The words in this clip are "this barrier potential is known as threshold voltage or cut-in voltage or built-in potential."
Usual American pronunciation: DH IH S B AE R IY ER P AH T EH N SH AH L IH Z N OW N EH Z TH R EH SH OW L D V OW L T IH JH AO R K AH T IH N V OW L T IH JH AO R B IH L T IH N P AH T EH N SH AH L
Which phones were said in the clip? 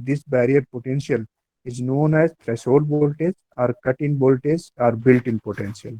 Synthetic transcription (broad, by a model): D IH S B AE R IY ER P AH T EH N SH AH L IH Z N OW N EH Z T R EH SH OW D B OW L T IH Z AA R K AH T IH N B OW L T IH Z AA R B IH L T IH N P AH T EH N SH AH L